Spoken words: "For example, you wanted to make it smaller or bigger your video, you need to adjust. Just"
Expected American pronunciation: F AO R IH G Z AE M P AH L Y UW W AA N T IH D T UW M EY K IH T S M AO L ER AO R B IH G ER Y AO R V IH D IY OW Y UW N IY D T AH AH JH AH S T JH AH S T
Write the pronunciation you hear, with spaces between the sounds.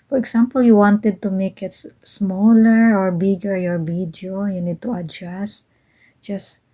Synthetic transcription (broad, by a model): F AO R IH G S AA M P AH L Y UW W AA N T IH D T UW M EY K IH T S M AO L ER AO R B IH G ER Y AO R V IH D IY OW Y UW N IY D T AH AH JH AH S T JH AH S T